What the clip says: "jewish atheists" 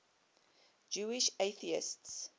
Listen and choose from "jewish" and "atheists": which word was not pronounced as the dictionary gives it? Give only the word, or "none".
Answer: none